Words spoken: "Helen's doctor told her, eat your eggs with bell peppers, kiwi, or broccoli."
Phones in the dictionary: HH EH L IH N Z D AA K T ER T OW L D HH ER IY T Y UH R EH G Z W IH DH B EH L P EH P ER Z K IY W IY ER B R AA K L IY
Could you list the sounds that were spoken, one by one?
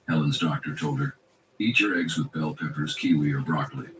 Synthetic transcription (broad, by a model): HH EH L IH N Z D AA K T ER T OW L D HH ER IY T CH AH R EH G Z W IH DH B EH L P EH P ER Z K IY W IY ER B R AA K L IY